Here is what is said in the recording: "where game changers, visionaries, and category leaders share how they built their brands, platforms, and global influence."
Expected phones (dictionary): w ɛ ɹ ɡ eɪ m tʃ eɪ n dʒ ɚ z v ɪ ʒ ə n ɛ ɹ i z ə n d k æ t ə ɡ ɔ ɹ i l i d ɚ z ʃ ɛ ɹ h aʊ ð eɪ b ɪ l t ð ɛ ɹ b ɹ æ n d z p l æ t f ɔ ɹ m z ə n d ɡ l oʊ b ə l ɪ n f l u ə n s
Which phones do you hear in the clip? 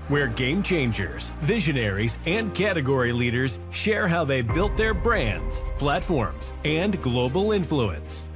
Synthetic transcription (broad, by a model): w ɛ ɹ ɡ eɪ m tʃ eɪ n dʒ ɚ z v ɪ ʒ ə n ɛ ɹ i z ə n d k æ t ə ɡ ɔ ɹ i l i d ɚ z ʃ ɛ ɹ h aʊ ð eɪ b ɪ l t ð ɛ ɹ b ɹ æ n d z p l æ t f ɔ ɹ m z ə n ɡ l oʊ b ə l ɪ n f l u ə n s